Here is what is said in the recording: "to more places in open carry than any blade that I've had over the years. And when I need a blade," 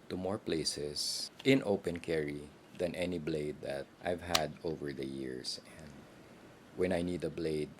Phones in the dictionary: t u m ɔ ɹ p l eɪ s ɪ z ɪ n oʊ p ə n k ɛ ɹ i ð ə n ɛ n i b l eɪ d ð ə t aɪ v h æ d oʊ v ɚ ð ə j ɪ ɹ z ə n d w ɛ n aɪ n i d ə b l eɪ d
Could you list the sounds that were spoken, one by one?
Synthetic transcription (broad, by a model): t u m ɔ ɹ p l eɪ s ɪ s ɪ n oʊ p ə n k ɛ ɹ i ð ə n ɛ n i b l eɪ d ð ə t aɪ v h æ d oʊ v ɚ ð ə j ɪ ɹ s ə n d w ɛ n aɪ n i d ə b l eɪ d